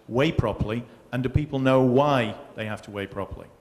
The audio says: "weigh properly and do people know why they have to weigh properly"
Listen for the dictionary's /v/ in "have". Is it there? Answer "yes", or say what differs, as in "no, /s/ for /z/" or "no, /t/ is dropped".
no, /f/ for /v/